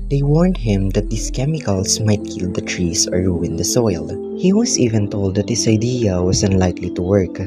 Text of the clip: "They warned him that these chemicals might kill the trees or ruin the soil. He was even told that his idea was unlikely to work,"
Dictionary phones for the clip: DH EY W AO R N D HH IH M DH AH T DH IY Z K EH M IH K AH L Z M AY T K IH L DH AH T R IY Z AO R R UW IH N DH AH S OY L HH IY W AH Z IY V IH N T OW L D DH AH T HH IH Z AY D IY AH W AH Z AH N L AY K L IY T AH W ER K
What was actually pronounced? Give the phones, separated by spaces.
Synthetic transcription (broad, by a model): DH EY W AO R N D HH IH M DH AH T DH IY S K EH M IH K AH L S M AY T K IH L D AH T R IY S AO R R UW IH N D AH S OY L HH IY W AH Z IY V IH N T OW L D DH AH T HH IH S AY D IY AH W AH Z AH N L AY K L IY T AH W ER K